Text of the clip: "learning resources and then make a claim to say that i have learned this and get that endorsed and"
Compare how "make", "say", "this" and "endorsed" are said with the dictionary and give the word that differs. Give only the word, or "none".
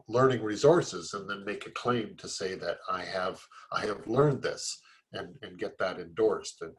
none